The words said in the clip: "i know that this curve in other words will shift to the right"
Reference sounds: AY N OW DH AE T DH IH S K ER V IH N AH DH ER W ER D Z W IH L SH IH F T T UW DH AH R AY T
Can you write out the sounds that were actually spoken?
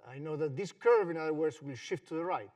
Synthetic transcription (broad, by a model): AY N OW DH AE T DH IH S K ER V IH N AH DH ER W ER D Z W IH L SH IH F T T UW DH AH R AY T